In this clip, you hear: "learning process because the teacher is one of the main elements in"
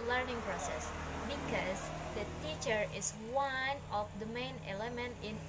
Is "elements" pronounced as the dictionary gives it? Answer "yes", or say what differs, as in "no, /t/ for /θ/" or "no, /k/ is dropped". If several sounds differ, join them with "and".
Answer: no, /s/ is dropped